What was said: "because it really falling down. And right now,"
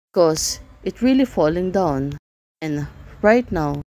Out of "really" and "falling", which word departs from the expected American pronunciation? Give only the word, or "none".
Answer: none